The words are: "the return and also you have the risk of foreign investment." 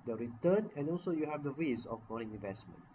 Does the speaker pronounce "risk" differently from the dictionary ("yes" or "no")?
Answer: yes